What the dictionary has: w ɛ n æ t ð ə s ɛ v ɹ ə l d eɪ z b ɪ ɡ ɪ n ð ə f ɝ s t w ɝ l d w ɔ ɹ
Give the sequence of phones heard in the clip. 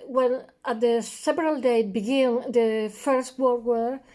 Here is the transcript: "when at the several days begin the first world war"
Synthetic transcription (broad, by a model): w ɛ n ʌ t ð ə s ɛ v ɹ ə l d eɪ b ɪ ɡ ɪ n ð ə f ɝ s t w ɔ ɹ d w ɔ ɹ